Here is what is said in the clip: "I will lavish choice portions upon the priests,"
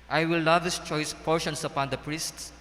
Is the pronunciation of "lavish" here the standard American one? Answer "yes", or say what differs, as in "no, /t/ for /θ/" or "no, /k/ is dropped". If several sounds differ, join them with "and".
no, /s/ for /ʃ/